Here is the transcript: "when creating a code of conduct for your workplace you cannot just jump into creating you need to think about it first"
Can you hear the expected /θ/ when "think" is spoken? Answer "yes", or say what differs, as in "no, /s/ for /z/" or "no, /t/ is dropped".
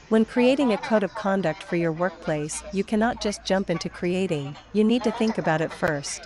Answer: yes